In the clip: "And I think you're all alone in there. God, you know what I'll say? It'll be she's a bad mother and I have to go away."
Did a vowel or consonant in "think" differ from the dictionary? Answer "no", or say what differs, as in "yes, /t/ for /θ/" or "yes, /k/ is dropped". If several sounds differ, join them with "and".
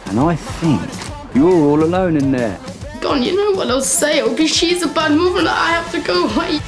no